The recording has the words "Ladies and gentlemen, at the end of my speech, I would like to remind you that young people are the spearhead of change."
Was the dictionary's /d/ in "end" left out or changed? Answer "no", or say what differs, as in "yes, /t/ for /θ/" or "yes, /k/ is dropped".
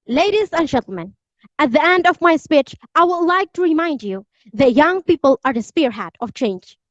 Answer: no